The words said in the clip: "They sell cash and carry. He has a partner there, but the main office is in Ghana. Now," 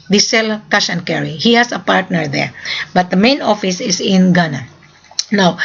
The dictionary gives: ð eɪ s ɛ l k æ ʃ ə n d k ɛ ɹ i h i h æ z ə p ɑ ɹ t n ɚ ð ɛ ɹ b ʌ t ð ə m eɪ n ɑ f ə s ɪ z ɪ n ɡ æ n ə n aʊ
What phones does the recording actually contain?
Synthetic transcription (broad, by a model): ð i s ɛ l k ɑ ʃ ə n k ɛ ɹ i h i h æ s ə p ɑ ɹ t n ɚ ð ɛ ɹ b ʌ t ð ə m eɪ n ɑ f ə s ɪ s ɪ n ɡ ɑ n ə n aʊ